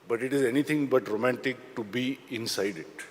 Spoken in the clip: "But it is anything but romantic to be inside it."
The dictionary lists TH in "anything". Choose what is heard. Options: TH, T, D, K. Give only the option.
T